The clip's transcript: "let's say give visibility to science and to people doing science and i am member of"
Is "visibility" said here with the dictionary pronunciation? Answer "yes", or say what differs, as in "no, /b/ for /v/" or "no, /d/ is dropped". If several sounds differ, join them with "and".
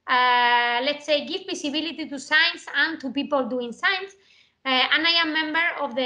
no, /s/ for /z/